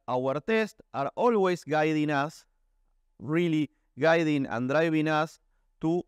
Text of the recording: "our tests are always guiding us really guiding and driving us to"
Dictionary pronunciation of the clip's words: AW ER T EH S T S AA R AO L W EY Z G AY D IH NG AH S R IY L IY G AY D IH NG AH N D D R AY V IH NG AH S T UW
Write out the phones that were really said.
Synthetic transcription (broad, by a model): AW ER T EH S T AA R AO L W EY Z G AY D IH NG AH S R IY L IY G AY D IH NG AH N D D R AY B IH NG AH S T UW